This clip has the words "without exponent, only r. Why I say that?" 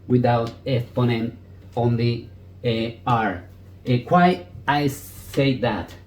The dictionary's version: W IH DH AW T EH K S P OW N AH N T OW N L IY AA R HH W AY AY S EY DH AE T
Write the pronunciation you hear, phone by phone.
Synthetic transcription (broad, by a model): W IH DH AW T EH S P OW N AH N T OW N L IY AA R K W AY AY S EY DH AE T